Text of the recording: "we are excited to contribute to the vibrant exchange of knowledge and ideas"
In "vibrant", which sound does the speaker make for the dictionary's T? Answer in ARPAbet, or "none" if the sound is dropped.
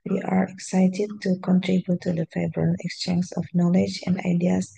none